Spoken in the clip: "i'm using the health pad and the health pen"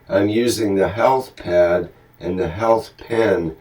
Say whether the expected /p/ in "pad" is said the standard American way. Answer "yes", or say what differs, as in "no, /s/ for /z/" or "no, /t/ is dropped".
yes